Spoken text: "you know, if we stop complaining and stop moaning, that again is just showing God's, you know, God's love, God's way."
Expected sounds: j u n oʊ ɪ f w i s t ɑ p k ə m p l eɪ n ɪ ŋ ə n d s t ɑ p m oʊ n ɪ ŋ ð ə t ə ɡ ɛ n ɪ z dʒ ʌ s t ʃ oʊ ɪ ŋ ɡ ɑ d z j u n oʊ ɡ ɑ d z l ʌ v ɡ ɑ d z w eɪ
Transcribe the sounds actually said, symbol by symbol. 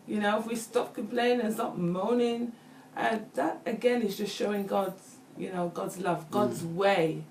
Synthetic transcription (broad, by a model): j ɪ n oʊ ɪ f w i s t ɑ p k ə m p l eɪ ɪ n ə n s t ɑ p m oʊ n ɪ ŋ ð ə t ə ɡ ɛ n ɪ z dʒ ʌ s t ʃ oʊ ɪ ŋ ɡ ɑ d z j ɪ n oʊ ɡ ɑ d z l ʌ v ɡ ɑ d z w eɪ